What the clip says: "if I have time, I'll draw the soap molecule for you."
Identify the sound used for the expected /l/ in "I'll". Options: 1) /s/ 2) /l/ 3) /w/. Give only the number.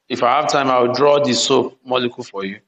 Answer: 3